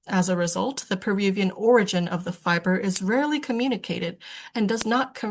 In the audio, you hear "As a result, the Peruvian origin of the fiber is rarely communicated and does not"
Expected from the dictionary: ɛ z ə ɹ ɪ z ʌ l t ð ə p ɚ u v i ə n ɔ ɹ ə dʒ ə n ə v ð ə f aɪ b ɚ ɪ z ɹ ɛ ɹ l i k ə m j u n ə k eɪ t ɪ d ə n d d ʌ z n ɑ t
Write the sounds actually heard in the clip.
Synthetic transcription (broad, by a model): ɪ z ə ɹ ɪ z ʌ l t ð ə p ɚ u v i ə n ɔ ɹ ə dʒ ə n ə v ð ə f aɪ b ɚ ɪ z ɹ ɛ ɹ l i k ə m j u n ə k eɪ t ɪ d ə n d d ʌ z n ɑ t